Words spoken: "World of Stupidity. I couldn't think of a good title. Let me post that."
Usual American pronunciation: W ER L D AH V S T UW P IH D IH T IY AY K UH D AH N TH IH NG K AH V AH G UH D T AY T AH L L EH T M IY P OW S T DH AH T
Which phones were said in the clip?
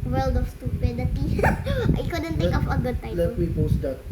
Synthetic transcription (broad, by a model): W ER L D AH F S T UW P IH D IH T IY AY K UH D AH N T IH K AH F AH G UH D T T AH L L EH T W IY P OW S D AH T